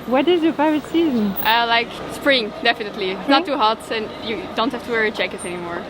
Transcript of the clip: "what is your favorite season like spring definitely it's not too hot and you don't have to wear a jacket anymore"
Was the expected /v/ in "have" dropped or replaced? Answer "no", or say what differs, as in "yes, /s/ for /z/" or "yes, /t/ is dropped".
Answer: yes, /f/ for /v/